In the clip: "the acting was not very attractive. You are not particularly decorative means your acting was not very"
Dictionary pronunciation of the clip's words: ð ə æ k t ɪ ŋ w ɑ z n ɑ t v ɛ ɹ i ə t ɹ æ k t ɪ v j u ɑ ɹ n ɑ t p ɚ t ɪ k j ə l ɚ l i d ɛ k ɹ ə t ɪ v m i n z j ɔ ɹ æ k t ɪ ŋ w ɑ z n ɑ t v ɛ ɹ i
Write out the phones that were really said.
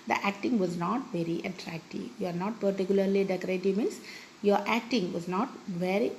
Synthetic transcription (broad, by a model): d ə æ k t ɪ ŋ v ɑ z n ɑ t v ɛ ɹ i ə t ɹ æ k t ɪ v j u ɑ ɹ n ɑ t p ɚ t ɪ k j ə l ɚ l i d ɛ k ɹ ə t ɪ v m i n s j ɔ ɹ æ k t ɪ ŋ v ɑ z n ɑ t v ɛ ɹ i